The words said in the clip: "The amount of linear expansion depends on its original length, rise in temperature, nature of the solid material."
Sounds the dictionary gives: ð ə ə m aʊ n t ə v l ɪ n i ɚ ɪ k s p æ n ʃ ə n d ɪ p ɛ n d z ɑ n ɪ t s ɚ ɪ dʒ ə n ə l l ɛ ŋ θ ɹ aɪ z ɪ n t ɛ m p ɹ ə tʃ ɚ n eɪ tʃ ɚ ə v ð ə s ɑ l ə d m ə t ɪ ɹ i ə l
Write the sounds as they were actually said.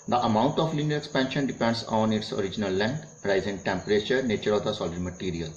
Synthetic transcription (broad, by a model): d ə ə m aʊ n t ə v l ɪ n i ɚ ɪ k s p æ n ʃ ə n d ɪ p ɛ n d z ɑ n ɪ t s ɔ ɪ dʒ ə n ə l l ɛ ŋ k ɹ aɪ z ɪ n t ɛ m p ɹ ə tʃ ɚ n eɪ tʃ ɚ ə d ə s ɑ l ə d m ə t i ɹ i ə l